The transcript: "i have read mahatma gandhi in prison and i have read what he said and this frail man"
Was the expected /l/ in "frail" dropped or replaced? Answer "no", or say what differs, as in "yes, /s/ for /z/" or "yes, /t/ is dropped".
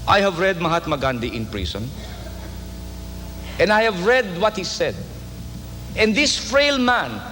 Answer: no